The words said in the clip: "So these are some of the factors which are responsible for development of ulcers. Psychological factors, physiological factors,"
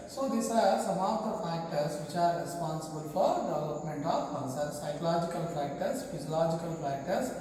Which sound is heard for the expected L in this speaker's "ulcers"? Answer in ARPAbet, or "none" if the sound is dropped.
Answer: N